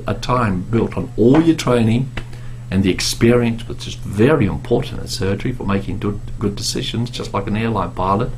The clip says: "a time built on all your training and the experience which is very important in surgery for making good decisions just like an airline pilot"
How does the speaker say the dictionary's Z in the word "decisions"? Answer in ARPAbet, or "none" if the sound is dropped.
Z